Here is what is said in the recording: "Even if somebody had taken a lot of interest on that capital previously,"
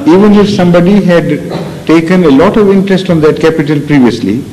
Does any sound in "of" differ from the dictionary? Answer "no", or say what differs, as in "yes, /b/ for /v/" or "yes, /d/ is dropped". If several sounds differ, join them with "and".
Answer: no